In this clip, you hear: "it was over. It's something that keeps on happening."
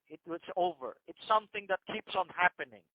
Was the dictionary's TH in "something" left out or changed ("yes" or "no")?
no